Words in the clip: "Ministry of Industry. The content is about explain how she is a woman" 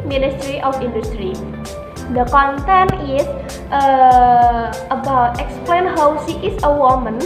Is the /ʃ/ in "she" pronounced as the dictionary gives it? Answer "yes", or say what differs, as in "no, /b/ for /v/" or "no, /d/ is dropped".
no, /s/ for /ʃ/